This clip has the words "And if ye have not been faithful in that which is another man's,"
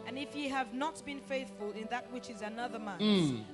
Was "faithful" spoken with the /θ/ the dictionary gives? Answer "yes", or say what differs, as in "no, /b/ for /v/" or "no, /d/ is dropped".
yes